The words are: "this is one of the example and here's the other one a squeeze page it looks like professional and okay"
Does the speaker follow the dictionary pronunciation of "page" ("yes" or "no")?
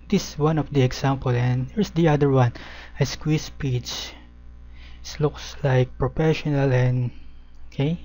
no